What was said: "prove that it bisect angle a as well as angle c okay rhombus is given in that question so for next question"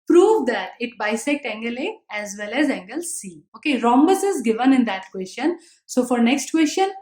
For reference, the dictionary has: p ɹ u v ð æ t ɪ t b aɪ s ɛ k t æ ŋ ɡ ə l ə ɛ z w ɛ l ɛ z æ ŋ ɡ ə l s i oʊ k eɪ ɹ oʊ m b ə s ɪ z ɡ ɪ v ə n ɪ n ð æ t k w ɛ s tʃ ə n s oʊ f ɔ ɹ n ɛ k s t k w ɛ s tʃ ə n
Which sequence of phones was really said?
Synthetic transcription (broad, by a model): p ɹ u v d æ t ɪ t b aɪ s ɛ k t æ ŋ ɡ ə l ə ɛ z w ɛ l ɛ z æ ŋ ɡ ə l s i oʊ k eɪ ɹ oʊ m b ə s ɪ z ɡ ɪ v ə n ɪ n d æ t k w ɛ s tʃ ə n s oʊ f ɔ ɹ n ɛ k s t k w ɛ s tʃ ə n